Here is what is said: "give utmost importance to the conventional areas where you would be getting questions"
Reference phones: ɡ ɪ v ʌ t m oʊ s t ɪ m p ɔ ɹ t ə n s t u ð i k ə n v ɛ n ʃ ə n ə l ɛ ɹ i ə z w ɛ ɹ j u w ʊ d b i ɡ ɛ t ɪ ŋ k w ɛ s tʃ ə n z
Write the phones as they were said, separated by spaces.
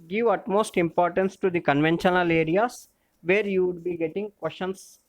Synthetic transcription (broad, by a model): ɡ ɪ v ʌ t m oʊ s t ɪ m p ɔ ɹ t ə n s t u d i k ə n v ɛ n ʃ ə n ə l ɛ ɹ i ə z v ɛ ɹ j u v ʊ d b i ɡ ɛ t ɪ ŋ k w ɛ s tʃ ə n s